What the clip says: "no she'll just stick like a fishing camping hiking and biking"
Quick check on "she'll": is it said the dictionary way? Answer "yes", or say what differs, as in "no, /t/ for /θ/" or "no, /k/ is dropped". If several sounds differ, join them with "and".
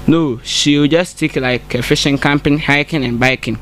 no, /w/ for /l/